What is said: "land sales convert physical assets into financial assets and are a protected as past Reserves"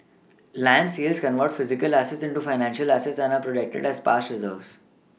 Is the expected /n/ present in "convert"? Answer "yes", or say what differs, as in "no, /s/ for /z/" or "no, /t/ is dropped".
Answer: yes